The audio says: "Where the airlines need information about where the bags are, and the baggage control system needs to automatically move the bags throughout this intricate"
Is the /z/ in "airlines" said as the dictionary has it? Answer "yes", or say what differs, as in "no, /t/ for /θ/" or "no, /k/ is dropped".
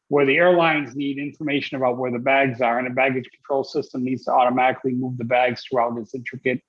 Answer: yes